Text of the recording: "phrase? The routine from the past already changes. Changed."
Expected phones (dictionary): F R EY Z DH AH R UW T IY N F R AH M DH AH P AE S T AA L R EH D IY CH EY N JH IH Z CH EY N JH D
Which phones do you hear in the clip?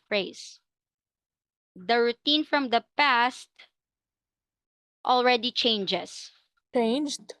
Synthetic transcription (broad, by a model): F R EY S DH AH R UW T IY N F R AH M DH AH P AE S T AA L R EH D IY CH EY N JH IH S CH EY N JH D